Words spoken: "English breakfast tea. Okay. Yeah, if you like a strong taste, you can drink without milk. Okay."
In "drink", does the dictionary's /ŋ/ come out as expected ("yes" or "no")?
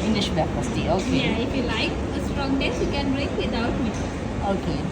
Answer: no